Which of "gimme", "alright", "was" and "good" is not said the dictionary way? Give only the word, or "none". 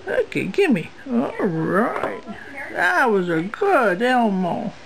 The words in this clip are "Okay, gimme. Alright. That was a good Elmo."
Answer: alright